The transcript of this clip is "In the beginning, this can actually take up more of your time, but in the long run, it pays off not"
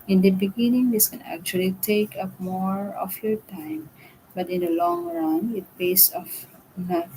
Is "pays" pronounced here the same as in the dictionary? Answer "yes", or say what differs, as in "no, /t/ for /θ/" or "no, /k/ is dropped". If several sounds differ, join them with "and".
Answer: no, /s/ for /z/